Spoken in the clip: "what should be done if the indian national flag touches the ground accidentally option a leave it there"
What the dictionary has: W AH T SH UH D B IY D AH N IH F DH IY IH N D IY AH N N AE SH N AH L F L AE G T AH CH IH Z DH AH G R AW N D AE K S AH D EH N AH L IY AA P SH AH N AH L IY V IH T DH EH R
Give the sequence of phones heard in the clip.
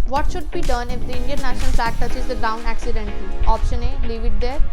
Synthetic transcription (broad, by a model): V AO T SH UH D B IY D AH N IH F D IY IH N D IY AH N N AE SH N AH L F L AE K T AH CH IH Z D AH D AW N AE K S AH D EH N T AA P SH AH N AH L IY V IH T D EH R